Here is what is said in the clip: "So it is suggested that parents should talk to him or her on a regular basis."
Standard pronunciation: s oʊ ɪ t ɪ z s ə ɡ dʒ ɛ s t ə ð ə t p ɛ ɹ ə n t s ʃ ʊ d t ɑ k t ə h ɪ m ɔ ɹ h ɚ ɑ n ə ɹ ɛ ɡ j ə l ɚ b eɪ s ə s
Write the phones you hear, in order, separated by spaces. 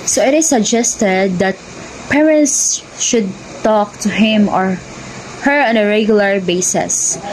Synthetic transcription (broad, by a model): s oʊ ɪ t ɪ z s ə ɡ dʒ ɛ s t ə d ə t p ɛ ɹ ə n t s ʃ ʊ d t ɑ k t ə h ɪ m ɔ ɹ h ɚ ɑ n ə ɹ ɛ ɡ j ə l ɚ b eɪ s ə s